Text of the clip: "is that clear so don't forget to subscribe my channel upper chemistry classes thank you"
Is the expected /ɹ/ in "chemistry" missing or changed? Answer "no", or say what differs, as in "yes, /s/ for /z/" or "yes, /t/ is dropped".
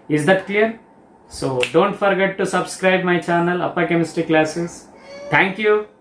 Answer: yes, /ɹ/ is dropped